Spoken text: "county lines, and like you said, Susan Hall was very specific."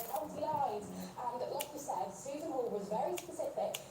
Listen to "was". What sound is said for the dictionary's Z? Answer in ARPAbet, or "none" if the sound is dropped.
Z